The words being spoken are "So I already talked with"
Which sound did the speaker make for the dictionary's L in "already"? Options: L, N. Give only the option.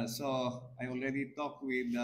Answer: L